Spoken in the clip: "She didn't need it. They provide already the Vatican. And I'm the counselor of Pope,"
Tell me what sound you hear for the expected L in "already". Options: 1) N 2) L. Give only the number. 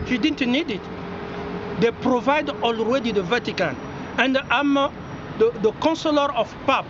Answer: 2